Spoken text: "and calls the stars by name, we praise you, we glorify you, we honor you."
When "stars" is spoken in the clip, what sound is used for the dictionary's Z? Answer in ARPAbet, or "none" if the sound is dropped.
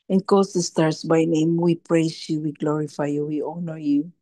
S